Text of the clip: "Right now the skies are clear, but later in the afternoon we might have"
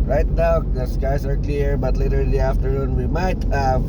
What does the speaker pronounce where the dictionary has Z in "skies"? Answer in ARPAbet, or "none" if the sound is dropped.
S